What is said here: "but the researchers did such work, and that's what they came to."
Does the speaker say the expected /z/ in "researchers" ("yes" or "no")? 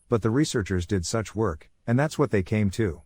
yes